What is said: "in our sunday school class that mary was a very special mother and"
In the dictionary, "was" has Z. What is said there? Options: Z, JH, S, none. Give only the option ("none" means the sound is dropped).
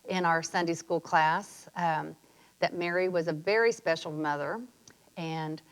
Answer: Z